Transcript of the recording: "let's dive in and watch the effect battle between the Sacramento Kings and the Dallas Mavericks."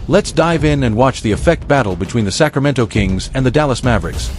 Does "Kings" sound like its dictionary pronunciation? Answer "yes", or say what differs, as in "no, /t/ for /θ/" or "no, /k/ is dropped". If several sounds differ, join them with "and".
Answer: yes